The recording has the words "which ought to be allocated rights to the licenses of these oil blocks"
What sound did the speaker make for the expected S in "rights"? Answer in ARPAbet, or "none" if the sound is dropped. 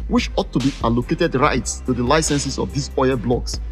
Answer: S